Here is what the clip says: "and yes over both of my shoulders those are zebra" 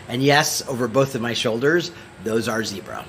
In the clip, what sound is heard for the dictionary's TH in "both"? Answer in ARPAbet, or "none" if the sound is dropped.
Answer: TH